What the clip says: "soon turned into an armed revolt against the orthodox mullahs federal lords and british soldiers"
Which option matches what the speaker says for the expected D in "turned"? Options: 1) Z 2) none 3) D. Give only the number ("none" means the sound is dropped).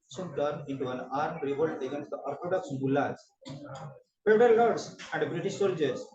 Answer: 2